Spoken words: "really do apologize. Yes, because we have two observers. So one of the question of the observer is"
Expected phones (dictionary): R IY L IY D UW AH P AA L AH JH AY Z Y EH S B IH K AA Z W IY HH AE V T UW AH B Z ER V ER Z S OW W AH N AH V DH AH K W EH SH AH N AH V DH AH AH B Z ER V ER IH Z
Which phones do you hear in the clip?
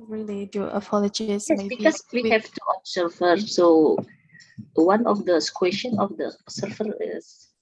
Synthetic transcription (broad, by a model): R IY L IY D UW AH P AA L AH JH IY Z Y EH B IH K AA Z W IY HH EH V T UW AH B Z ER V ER S OW W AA N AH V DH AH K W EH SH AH N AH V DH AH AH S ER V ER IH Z